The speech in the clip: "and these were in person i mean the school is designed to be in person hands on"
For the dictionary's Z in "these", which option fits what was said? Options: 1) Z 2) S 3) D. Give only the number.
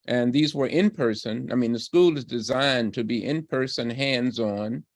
1